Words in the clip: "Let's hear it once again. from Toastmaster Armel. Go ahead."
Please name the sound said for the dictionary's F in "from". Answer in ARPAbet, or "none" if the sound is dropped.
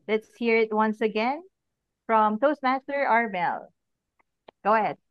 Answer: F